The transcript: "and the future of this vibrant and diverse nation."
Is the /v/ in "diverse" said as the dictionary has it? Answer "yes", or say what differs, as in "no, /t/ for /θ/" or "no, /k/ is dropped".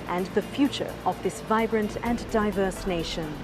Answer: yes